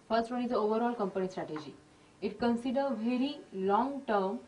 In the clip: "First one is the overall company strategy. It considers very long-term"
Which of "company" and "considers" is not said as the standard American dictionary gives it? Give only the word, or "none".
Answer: considers